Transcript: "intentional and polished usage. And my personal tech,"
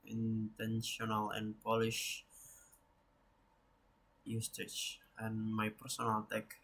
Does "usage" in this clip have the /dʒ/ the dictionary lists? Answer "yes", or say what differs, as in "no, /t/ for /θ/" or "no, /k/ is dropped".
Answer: no, /tʃ/ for /dʒ/